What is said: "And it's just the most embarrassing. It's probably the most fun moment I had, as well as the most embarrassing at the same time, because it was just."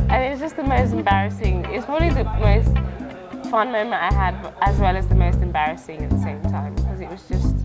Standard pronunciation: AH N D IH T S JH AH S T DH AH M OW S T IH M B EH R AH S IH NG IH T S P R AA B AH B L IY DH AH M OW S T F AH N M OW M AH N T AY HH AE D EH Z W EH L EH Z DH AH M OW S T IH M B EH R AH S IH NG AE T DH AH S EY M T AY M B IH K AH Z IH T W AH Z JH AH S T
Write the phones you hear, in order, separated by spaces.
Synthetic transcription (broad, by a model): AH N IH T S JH AH S T DH AH M OW S T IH M B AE R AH S IH NG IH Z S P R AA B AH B L IY DH AH M OW S T F AH N M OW M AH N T AY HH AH D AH Z W EH L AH Z DH AH M OW S T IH M B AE R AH S IH NG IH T DH AH S EY M T AY M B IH K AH Z IH T W AH Z JH AH S T